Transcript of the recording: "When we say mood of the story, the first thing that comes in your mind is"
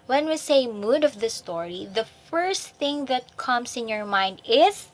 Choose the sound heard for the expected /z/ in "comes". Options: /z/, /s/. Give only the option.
/s/